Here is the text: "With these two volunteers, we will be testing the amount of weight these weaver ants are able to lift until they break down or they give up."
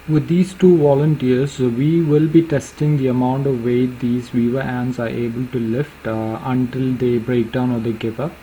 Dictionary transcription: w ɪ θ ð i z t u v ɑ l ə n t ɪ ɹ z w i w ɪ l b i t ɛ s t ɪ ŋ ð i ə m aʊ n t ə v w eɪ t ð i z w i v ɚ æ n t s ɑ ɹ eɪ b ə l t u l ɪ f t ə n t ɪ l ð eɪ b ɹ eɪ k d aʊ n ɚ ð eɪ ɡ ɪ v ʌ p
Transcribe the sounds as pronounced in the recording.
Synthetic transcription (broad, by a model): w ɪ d i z t u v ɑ l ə n t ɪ ɹ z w i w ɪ l b i t ɛ s t ɪ ŋ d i ə m aʊ n t ə v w eɪ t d i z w i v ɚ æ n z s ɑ ɹ eɪ b ə l t u l ɪ f t ə n t ɪ l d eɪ b ɹ eɪ k d aʊ n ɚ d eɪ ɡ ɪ p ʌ